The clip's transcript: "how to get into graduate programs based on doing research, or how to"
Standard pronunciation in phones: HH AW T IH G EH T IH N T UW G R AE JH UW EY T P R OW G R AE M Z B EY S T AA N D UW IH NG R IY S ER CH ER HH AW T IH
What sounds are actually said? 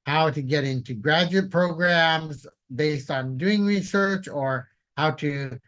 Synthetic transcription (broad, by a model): HH AW T IH G EH T IH N T UW G R AE JH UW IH T P R OW G R AE M Z B EY S T N D UW IH NG R IY S ER CH ER HH AW T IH